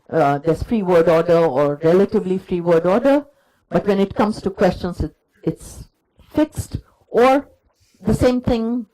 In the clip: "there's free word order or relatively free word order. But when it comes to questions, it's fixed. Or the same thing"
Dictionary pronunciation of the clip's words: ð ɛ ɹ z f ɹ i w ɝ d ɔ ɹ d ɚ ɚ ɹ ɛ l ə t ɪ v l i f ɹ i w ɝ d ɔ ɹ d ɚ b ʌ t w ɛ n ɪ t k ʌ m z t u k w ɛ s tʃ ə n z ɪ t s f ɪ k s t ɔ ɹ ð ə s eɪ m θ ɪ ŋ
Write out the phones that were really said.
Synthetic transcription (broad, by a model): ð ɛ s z f ɹ i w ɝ d ɔ d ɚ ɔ ɹ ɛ l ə t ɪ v l i f ɹ i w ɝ d ɔ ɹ d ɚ b ʌ t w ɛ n ɪ t k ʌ m s t u k w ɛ s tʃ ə n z ɪ t s f ɪ k s t ɔ ɹ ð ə s eɪ m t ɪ ŋ